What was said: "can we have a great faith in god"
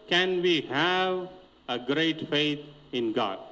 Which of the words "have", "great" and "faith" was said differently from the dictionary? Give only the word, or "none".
faith